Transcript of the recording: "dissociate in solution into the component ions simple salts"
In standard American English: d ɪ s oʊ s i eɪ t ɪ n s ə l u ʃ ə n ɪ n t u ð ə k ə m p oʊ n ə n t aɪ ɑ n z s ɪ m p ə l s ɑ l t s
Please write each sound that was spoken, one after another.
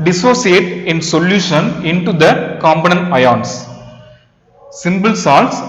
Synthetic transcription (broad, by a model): d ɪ s oʊ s i eɪ t ɪ n s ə l u ʃ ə n ɪ n t u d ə k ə m b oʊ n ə n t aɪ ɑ n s s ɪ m b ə l s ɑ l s